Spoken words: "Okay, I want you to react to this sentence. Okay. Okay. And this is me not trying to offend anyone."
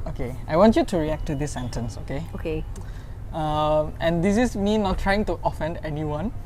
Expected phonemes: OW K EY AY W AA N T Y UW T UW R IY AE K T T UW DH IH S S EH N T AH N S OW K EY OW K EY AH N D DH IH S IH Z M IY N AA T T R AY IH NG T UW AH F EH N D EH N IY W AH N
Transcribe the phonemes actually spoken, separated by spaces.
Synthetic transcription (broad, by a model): OW K EY AY W AA N T Y UW T UW R IY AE K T T UW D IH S S EH N T AH N S OW K EY OW K EY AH N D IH S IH S M IY N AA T T R AY IH NG T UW AH F EH N D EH N IY W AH N